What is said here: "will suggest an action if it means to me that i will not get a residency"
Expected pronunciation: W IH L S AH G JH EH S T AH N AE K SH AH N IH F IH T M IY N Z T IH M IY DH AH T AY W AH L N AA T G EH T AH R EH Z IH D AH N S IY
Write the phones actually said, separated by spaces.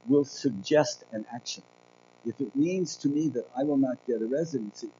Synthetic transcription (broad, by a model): W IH L S AH G JH EH S T AH N AE K SH AH N IH F IH T M IY N Z T IH M IY DH AH T AY W AH L N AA T G EH T AH R EH Z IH D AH N S IY